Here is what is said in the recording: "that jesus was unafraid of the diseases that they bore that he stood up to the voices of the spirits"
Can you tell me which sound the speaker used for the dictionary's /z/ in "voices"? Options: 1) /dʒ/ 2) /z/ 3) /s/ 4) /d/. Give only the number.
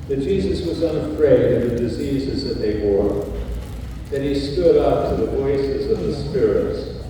2